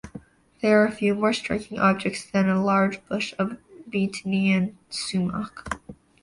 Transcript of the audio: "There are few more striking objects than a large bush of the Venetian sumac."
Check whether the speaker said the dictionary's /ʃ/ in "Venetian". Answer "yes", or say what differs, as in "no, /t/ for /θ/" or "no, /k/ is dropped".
no, /ʃ/ is dropped